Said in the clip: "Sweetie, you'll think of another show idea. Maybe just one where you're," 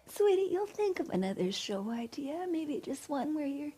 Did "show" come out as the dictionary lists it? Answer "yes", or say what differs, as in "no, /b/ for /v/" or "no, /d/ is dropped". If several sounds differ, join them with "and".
yes